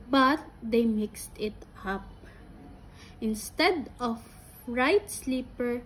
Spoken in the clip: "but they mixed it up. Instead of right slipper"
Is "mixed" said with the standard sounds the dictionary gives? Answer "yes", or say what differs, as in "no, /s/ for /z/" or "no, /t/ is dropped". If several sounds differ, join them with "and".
yes